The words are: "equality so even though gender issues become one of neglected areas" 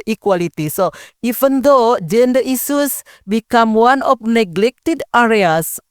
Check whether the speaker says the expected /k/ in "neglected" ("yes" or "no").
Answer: yes